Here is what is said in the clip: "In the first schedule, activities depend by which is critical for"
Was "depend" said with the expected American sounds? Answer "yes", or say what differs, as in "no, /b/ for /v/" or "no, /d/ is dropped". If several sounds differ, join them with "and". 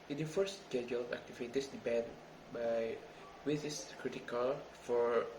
no, /b/ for /p/